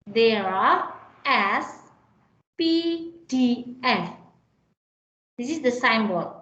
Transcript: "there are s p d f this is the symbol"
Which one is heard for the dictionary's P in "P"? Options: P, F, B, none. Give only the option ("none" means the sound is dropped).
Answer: P